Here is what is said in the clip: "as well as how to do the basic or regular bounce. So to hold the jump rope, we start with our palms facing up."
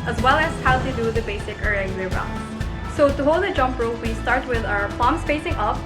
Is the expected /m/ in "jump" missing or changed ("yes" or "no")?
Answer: no